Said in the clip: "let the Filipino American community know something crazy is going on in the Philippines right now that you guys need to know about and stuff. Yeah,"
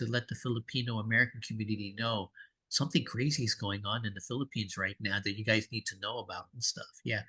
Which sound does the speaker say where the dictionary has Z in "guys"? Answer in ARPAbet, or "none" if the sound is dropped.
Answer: Z